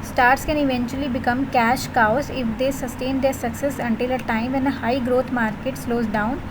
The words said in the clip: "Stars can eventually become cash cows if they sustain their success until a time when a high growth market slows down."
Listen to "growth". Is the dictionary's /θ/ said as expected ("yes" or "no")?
no